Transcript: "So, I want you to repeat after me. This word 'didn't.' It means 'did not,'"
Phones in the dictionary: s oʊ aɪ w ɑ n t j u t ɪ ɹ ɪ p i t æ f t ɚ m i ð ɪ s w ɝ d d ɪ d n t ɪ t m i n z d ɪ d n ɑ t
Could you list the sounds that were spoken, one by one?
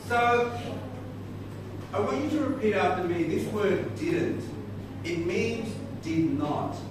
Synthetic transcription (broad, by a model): s oʊ aɪ w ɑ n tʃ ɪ t ɪ ɹ ɪ p i t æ t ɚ m i ð ɪ s w ɝ d d ɪ d n t ɪ t m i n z d ɪ d n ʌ t